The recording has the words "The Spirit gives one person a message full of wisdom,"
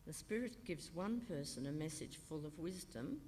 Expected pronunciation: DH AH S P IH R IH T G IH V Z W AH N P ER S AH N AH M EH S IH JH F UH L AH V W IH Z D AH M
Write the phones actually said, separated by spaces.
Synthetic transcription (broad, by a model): DH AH S P IH R IH T G IH V Z W AH N P ER S AH N AH M EH S IH JH F UH L AH V W IH Z D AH M